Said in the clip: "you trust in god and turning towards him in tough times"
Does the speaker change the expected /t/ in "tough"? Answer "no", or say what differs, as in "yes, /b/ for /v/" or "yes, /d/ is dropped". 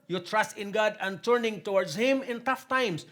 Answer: no